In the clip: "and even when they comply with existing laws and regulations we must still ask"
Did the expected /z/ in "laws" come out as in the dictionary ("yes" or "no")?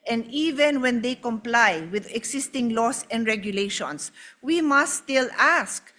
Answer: no